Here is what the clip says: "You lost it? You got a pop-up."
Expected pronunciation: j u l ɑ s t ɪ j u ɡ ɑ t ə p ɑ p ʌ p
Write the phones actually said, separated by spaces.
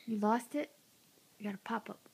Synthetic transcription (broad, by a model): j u l ɑ s t ɪ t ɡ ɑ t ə p ɑ p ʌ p